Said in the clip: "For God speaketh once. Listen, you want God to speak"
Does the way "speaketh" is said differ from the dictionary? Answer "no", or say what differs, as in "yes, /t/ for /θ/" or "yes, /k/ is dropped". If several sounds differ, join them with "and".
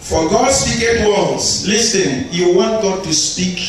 yes, /t/ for /θ/